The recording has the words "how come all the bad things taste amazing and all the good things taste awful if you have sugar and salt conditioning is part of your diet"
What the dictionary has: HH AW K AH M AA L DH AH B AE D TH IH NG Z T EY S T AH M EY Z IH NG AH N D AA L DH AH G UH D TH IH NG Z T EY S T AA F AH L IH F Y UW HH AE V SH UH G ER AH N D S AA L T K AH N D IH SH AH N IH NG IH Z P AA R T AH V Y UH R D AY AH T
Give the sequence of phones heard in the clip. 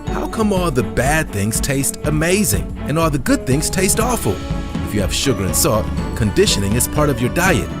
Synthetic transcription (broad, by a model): HH AW K AH M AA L DH AH B AE D TH IH NG Z T EY S T AH M EY Z IH NG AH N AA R DH AH G UH D TH IH NG Z T EY S T AA F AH L IH F Y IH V SH UH G ER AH N S AA T K AH N D IH SH AH N IH NG IH Z P AA R T AH V Y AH R D AY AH T